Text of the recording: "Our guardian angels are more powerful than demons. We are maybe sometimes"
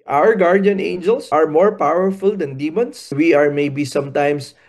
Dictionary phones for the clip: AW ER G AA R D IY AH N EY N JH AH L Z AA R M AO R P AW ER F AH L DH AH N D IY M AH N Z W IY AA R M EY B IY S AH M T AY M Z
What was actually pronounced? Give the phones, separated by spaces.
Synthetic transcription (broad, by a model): AW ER G AA R D IY AH N EY N JH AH L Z AA R M AO R P AW ER F AH L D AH N D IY M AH N S W IY AA R M EY B IY S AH M T AY M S